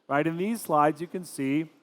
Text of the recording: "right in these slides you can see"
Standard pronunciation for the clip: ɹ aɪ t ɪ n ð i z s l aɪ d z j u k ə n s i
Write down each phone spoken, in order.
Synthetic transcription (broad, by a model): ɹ aɪ t ɪ n ð i z s l aɪ d z j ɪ k ə n s i